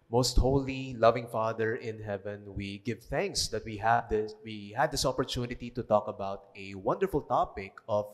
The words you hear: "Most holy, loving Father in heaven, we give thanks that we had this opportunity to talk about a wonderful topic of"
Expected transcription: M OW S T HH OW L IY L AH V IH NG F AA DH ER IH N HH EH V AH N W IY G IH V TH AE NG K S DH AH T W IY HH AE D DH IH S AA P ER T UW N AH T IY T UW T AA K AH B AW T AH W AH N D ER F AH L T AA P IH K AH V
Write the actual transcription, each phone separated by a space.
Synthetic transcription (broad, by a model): M OW S T HH OW L IY L AH V IH NG F AA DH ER IH N HH EH V AH N W IY G IH V TH AE NG K S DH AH T W IY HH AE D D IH S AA P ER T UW N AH T IY T UW T AA K AH B AW T AH W AH N D ER F AH L T AA P IH K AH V